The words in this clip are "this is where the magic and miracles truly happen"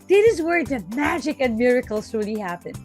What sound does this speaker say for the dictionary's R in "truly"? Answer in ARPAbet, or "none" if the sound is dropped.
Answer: none